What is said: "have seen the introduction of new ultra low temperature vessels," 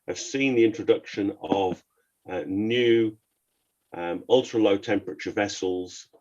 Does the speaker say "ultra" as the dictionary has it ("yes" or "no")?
yes